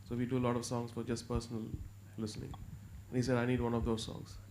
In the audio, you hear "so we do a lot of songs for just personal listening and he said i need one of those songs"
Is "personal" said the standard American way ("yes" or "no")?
yes